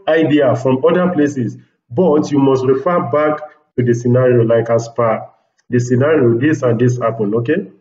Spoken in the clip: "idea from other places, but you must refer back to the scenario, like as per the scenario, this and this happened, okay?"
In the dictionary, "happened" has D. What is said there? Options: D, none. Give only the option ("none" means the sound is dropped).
none